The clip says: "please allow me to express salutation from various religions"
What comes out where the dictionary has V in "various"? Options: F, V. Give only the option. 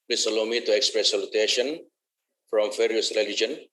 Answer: F